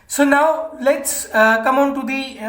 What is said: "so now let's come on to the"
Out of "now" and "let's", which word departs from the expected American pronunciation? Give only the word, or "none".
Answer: none